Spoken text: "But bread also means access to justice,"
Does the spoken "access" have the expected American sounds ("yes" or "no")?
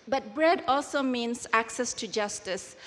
yes